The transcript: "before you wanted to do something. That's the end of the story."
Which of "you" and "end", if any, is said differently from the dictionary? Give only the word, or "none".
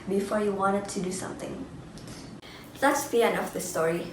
end